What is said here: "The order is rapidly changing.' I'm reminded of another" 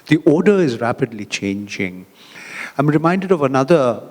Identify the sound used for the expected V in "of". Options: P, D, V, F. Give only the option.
V